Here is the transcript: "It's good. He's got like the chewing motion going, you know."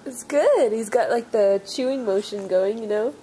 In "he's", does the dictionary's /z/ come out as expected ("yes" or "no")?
yes